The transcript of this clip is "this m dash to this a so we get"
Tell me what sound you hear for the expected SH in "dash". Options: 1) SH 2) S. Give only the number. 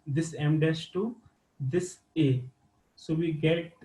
2